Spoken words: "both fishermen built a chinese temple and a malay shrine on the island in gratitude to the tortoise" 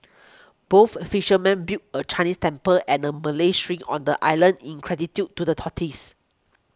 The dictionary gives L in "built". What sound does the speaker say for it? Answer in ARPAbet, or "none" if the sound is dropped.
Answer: none